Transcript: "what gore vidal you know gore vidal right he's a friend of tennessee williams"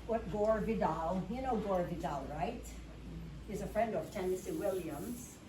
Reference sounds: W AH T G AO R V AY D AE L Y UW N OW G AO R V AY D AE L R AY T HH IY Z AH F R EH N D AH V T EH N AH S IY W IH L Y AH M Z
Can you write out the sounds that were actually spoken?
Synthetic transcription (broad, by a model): W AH T G AO R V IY D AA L Y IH N OW G AO R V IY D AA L R AY T HH IY Z AH F R EH N D AH V T EH N AH S IY W IH L Y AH M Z